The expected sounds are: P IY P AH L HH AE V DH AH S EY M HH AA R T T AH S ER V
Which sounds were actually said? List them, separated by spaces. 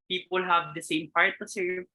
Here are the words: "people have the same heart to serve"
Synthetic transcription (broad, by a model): P IY P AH L HH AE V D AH S EY M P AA R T T AH S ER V